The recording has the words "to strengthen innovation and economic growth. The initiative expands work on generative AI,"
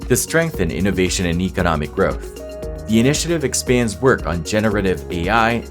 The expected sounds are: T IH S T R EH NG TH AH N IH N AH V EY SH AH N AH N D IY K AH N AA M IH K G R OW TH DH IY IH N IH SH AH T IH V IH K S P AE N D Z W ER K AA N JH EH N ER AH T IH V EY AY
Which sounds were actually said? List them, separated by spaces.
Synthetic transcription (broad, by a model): T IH S T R EH NG TH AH N IH N AH V EY SH AH N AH N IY K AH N AA M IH K G R OW TH DH IY IH N IH SH AH T IH V IH K S P AE N D Z W ER K N JH EH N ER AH T IH V EY AY